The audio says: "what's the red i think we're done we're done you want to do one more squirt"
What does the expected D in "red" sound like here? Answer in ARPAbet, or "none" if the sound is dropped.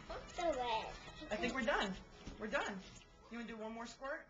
none